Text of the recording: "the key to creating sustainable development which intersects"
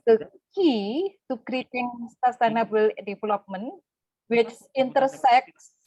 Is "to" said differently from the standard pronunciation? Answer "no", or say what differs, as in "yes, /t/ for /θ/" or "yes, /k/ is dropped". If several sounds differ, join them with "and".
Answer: yes, /s/ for /t/